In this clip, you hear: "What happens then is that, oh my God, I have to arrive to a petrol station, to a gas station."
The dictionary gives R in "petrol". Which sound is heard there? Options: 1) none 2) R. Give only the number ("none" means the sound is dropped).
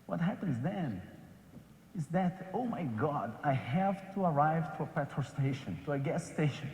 1